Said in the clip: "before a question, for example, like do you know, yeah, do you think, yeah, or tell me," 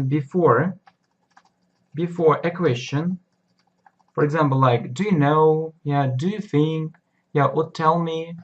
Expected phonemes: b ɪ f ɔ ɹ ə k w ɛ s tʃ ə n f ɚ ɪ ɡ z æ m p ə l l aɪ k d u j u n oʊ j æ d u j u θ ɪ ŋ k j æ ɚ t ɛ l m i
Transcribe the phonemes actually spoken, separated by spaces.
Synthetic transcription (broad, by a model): b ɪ f ɔ ɹ ə k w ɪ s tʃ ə n f ɚ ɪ ɡ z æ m p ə l l aɪ k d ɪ j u n oʊ j æ d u j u θ ɪ ŋ k j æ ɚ t ɛ l m i